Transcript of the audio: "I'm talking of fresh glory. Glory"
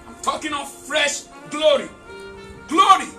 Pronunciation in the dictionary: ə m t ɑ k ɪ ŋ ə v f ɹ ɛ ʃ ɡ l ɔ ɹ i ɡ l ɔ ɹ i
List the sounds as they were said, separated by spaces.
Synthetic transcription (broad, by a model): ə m t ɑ k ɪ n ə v f ɹ ɛ ʃ ɡ l ɔ ɹ i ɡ l ɔ ɹ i